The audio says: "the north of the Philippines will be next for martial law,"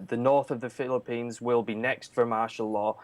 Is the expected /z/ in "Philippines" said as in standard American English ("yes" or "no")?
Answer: yes